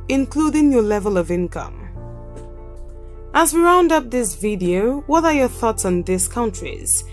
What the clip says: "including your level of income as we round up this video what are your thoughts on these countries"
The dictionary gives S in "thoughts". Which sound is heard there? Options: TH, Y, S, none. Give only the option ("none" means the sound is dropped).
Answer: S